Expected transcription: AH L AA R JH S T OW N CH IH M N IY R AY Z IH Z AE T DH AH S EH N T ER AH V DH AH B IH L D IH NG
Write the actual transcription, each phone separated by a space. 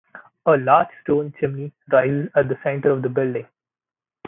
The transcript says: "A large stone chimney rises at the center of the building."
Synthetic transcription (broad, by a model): AH L AA R JH S T OW N CH IH M N IY R AY Z IH Z AE T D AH S EH N T ER AH V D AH B IH L D IH NG